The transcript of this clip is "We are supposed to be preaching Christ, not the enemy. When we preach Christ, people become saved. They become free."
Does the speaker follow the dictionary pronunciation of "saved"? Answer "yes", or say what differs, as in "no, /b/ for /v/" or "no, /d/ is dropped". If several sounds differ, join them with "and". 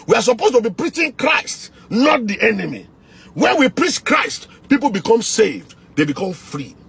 yes